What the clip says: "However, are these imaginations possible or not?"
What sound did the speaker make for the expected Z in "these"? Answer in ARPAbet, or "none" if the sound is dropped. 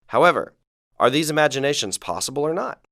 Z